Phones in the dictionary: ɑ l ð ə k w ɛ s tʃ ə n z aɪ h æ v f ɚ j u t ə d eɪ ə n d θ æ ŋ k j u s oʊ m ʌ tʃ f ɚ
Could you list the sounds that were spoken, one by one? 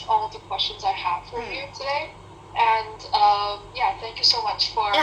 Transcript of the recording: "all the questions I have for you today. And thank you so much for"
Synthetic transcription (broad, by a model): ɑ l ð ə k w ɛ s tʃ ə n z aɪ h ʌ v f ɚ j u t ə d eɪ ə n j θ æ ŋ k j u s oʊ m ʌ tʃ f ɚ